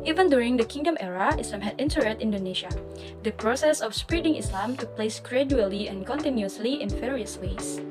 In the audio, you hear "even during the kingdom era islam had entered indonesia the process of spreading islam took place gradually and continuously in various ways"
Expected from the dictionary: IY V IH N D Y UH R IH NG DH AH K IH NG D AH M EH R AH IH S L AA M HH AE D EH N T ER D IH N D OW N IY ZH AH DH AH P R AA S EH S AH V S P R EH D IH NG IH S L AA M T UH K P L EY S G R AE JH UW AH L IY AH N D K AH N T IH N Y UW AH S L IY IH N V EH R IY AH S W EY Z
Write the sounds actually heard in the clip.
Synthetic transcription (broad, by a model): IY V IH N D Y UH R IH NG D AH K IH NG D AH M EH R AH IH S L AA M HH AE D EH N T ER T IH N D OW N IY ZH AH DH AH P R AA S EH S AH F S P R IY D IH NG IH S L AA M T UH K P L EY S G R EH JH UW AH L IY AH N K AH N T IH N Y UW AH S L IY IH N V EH R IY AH S W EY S